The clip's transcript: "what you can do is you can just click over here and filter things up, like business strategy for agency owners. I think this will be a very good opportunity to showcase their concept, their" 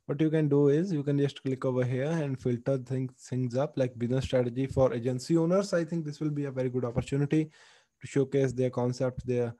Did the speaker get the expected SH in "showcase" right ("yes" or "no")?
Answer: yes